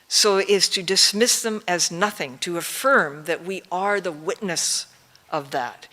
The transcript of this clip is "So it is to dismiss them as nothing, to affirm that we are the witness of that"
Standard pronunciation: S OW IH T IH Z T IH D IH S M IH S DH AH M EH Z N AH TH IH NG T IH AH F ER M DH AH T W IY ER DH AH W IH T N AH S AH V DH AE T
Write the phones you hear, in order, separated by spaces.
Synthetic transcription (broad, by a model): S OW IH T IH Z T IH D IH S M IH S DH AH M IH Z N AH TH IH NG T IH AH F ER M DH AH T W IY ER DH AH W IH T N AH S AH V DH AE T